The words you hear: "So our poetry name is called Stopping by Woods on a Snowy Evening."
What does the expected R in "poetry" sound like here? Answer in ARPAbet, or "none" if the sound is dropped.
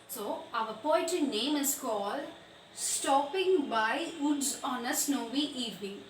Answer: none